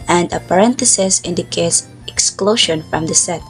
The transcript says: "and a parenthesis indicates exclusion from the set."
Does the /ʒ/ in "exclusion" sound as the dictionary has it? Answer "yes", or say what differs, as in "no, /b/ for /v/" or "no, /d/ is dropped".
no, /ʃ/ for /ʒ/